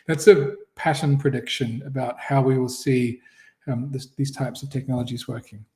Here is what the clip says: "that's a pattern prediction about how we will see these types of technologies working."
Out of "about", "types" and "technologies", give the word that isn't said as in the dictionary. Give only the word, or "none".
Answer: none